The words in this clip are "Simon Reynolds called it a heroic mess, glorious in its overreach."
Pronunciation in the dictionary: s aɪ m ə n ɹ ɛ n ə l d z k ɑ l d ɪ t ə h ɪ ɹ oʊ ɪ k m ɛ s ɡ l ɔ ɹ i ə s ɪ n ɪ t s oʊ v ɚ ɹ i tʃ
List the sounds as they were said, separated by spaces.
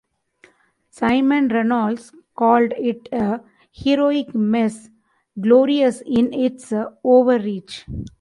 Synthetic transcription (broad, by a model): s aɪ m ə n ɹ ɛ n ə l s k ɑ l d ɪ t ə h ɪ ɹ oʊ ɪ k m ɛ s ɡ l ɔ ɹ i ə s ɪ n ɪ t s oʊ v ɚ ɹ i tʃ